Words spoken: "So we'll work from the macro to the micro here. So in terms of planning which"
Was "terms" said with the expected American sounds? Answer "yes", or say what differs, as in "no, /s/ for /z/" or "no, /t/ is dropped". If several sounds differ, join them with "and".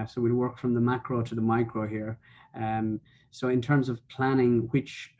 yes